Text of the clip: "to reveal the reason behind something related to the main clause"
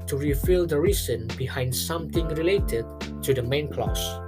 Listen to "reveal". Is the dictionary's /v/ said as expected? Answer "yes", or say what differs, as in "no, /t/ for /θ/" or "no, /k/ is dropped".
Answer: no, /f/ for /v/